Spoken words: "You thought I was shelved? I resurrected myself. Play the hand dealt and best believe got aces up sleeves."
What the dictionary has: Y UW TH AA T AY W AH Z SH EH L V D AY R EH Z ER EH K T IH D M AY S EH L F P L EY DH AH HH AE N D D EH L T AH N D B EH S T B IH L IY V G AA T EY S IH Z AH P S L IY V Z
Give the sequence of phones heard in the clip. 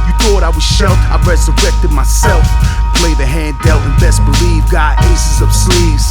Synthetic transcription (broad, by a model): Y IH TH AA T AY W AH Z SH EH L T AY R EH Z ER EH K T IH D M AY S EH L F P L EY DH AH HH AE N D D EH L AH N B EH S B IH L IY V G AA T EY S IH Z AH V S L IY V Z